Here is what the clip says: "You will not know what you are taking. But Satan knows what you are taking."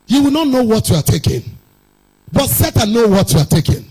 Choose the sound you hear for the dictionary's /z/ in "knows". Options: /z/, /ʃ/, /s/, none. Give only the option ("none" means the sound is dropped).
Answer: none